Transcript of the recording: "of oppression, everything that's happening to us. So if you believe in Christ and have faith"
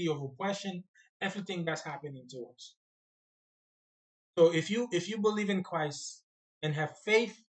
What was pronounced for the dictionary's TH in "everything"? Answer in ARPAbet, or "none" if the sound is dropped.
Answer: TH